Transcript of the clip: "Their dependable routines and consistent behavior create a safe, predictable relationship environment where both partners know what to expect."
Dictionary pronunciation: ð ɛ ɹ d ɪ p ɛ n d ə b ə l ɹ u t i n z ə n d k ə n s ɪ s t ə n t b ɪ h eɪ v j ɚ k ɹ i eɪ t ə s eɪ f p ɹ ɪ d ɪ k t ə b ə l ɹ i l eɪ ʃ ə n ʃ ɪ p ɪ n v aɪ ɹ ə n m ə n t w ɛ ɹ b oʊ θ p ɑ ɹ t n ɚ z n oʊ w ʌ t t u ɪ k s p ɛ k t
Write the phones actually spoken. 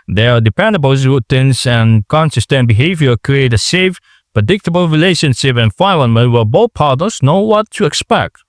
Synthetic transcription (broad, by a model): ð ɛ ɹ d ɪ p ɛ n d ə b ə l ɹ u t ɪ n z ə n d k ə n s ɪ s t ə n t b ɪ h eɪ v j ɚ k ɹ i eɪ t ə s eɪ f p ɹ ɪ d ɪ k t ə b ə l ɹ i l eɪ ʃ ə n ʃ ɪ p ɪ n f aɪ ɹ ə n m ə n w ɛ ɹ b oʊ θ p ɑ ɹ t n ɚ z n oʊ w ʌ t t u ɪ k s p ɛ k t